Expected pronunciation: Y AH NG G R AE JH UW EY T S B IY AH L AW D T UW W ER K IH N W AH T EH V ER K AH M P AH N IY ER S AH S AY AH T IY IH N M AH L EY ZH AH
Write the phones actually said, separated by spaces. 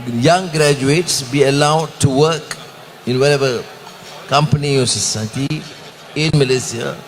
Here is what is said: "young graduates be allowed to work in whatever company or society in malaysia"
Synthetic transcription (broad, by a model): Y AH NG G R AE JH UW EY T S B IY AH L AW D T UW W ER K IH N W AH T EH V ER K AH M P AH N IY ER S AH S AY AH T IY IH N M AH L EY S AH